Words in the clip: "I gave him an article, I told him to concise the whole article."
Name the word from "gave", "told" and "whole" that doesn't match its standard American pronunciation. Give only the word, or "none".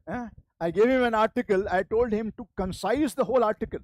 none